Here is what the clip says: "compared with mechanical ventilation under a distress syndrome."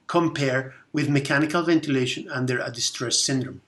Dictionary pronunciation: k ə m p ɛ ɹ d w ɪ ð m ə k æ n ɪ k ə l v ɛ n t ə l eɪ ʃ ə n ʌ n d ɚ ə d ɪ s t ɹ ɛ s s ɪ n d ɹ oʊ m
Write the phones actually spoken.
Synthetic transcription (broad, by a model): k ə m p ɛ ɹ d w ɪ ð m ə k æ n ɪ k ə l v ɛ n t ə l eɪ ʃ ə n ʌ n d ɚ ə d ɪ s t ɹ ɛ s s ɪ n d ɹ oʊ m